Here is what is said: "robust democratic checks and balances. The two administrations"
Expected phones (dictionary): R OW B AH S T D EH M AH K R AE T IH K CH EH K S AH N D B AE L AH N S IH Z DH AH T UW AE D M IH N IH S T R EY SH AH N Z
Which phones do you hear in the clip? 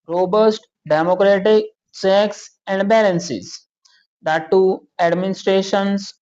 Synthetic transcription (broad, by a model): R OW B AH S T D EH M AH K R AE T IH K S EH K S AH N D B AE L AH N S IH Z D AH T UW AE D M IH N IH S T R EY SH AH N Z